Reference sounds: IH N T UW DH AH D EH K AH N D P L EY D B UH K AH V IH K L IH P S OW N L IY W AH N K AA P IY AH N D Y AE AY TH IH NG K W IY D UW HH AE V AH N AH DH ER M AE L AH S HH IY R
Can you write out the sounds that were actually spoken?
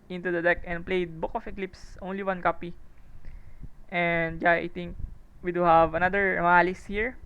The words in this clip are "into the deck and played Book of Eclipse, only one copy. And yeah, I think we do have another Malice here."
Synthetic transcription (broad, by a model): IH N T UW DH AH D EH K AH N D P L EY D B UH K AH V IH K L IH P S OW N L IY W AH N K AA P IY AH N D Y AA AY T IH NG K W IY D UW HH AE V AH N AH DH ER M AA L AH S HH IY R